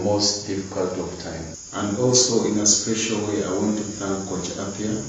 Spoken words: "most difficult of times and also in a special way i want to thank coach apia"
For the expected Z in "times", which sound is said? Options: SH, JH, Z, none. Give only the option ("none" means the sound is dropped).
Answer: none